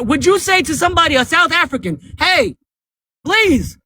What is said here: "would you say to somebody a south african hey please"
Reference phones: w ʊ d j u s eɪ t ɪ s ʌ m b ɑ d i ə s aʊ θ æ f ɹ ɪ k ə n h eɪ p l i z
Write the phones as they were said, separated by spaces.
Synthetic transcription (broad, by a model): w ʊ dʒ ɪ s eɪ t ɪ s ʌ m b ɑ d i ə s aʊ θ æ f ɹ ɪ k ə n h eɪ p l i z